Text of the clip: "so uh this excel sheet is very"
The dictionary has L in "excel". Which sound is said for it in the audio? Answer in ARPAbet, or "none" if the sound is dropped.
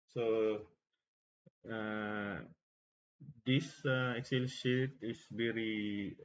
L